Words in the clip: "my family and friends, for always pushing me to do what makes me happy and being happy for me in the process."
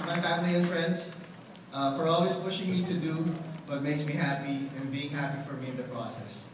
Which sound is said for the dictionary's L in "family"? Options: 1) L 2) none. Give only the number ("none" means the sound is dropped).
1